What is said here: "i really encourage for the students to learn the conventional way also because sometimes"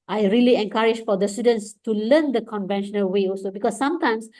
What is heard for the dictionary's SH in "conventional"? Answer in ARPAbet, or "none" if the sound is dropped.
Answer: SH